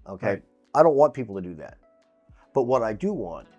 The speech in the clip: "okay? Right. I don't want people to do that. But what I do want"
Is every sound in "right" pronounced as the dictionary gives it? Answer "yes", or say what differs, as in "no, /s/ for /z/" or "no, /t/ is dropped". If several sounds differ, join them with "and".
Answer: no, /t/ is dropped